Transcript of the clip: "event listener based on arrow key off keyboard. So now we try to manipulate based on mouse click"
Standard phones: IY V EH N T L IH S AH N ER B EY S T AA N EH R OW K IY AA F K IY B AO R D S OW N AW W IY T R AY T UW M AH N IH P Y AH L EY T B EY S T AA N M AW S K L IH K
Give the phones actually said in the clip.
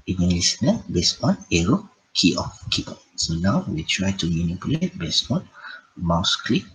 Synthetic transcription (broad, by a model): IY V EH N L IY S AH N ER B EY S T AA N EH R OW K IY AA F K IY AO S OW N AW W IY T R AY T UW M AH N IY P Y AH L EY T B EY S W AA N M AW S K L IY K